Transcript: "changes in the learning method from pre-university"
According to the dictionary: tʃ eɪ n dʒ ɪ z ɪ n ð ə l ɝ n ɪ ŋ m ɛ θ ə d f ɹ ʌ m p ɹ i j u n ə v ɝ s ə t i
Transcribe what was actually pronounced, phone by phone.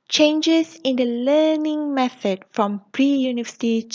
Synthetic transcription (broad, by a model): tʃ eɪ n dʒ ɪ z ɪ n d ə l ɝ n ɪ ŋ m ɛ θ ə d f ɹ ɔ m p ɹ i j u n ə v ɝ s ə t i